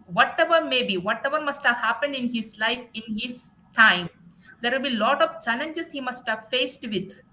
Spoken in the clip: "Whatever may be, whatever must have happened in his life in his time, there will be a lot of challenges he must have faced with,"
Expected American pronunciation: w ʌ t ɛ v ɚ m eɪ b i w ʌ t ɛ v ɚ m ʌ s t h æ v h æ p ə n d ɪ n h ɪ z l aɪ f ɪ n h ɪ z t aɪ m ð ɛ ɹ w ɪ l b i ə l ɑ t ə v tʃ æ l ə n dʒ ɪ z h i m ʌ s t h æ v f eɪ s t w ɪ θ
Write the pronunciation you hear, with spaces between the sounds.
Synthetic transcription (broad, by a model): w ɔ t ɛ v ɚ m eɪ b i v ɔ t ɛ v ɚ m ʌ s t h æ v h æ p ə n d ɪ n h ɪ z l aɪ f ɪ n h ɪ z t aɪ m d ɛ ɹ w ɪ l b i l ɑ t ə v tʃ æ l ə n dʒ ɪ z h i m ʌ s t h æ v f eɪ s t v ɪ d